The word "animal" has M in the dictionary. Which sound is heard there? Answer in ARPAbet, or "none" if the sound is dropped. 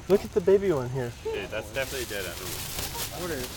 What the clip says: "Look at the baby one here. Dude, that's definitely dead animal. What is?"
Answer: none